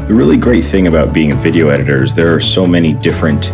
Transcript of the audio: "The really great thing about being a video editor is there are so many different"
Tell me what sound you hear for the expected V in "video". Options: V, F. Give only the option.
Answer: V